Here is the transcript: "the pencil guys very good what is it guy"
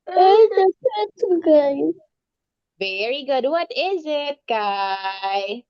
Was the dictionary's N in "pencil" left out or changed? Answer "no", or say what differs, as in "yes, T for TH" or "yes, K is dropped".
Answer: yes, N is dropped